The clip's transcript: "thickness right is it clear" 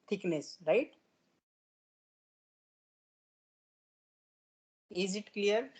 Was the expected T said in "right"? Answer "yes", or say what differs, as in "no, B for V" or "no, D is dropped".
yes